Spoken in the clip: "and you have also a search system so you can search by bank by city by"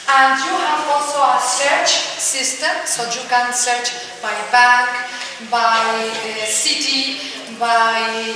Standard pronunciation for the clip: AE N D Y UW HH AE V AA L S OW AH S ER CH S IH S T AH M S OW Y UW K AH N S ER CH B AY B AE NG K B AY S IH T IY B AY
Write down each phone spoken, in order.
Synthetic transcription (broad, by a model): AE N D Y UW HH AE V AA L S OW AH S ER CH S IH S T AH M S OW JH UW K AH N S ER CH B AY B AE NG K B AY S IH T IY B AY